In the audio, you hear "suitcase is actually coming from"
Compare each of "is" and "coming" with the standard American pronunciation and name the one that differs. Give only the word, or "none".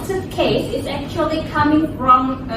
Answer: none